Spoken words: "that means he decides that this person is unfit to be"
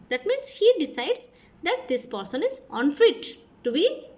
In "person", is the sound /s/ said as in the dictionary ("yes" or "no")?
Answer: yes